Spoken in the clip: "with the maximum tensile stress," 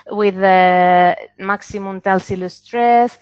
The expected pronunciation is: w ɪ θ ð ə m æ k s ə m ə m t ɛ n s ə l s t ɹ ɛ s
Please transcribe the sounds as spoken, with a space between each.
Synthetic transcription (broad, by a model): w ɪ ð ə m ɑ k s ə m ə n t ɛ l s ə l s t ɹ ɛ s